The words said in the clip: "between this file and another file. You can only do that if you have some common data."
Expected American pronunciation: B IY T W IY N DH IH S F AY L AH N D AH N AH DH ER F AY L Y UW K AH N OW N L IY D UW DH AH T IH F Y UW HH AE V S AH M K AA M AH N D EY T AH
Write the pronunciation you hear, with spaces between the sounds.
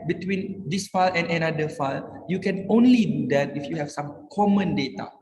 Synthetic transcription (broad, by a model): B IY T W IY N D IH S F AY L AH N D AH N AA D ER F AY L Y UW K AH N OW N L IY D UW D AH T IH F Y UW HH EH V S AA M K AA M AH N D EY T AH